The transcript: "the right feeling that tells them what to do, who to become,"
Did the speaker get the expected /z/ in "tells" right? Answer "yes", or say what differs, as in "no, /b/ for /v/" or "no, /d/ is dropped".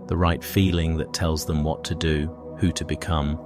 yes